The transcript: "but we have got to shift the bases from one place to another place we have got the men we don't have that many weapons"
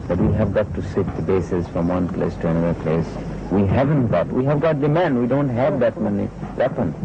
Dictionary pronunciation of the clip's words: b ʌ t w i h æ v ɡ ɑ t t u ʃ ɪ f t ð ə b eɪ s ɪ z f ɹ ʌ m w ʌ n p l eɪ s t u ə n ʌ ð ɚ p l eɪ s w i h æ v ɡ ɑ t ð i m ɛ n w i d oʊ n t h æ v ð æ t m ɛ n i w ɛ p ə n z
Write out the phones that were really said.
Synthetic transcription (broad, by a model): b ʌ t w i h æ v ɡ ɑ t t u s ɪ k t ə b eɪ s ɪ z f ɹ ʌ m w ʌ n p l eɪ s t u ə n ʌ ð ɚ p l eɪ s w i h æ v ɡ ɑ t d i m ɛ n w i d oʊ n t h æ v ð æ t m ɛ n i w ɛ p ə n